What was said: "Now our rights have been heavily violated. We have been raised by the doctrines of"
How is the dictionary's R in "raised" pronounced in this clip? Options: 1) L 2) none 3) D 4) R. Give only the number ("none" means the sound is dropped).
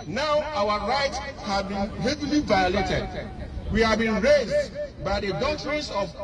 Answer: 4